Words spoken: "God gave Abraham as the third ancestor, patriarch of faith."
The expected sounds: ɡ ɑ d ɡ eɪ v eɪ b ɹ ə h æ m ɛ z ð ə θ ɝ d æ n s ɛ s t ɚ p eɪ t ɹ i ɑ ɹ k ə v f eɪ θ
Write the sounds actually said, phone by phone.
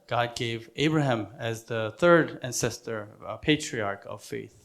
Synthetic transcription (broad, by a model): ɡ ɑ d ɡ eɪ v eɪ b ɹ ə h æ m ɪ z ð ə θ ɝ d æ n s ɛ s t ɚ p eɪ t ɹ i ɑ ɹ k ə v f eɪ θ